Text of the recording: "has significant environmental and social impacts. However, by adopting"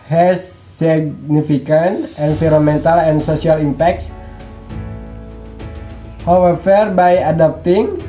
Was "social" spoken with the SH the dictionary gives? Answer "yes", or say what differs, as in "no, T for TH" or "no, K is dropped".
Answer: no, S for SH